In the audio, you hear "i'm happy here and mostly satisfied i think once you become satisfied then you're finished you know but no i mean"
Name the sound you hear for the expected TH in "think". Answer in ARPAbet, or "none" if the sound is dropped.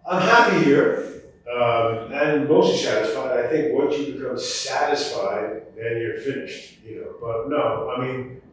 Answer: TH